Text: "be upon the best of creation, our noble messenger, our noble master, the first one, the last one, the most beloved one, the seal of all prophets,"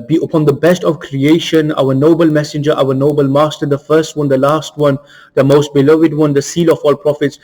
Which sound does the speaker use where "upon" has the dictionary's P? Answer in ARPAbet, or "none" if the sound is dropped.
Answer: P